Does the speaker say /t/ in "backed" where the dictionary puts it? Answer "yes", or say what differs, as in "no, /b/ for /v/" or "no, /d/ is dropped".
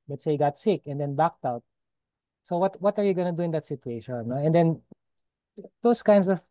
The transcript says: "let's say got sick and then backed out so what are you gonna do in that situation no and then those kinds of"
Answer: yes